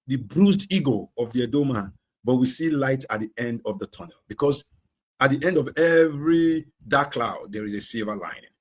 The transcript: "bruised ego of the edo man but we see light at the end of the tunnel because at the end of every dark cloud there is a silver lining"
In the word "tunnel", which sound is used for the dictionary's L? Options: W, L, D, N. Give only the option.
L